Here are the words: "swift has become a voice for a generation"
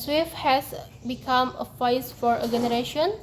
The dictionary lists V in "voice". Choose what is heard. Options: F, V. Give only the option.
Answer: F